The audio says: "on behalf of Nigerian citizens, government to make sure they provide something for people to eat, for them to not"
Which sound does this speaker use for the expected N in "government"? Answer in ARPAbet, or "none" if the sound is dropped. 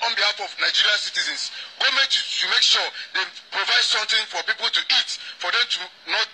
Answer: none